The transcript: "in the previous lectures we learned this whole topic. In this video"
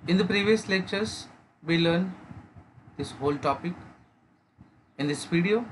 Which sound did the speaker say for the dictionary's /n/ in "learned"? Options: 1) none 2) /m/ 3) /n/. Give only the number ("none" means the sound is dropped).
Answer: 3